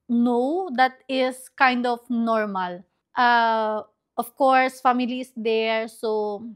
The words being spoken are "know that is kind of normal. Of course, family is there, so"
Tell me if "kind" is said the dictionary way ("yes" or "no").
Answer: yes